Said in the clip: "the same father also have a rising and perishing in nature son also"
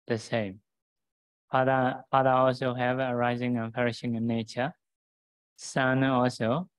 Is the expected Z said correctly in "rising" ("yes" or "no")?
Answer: yes